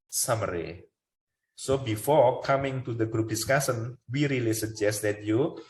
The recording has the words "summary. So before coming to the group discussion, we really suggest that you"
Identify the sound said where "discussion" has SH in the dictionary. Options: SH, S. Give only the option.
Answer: S